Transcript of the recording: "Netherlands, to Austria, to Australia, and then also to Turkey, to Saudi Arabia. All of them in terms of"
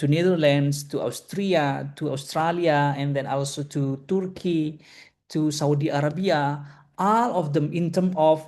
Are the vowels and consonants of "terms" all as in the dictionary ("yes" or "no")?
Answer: no